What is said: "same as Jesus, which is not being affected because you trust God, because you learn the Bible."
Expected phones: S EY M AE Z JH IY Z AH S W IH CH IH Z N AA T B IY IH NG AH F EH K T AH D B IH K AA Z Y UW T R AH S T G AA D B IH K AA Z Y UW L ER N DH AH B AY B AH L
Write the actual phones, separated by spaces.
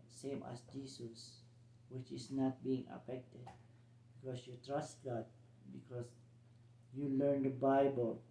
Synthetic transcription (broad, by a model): S EY M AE S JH IY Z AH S W IH CH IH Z N AA T B IY IH NG AH F EH K T AH D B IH K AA S Y UW T R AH S T G AA D B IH K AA S Y UW L ER N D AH B AY B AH L